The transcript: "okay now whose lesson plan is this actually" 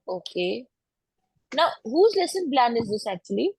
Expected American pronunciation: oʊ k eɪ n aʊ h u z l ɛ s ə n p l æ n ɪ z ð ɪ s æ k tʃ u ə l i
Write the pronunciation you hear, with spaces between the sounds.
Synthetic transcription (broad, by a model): oʊ k eɪ n aʊ h u z l ɛ s ə n b l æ n ɪ z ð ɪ s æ k tʃ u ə l i